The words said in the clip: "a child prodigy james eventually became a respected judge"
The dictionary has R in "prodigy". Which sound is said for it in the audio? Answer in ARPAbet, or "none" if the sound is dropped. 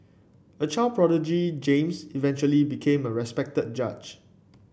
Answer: R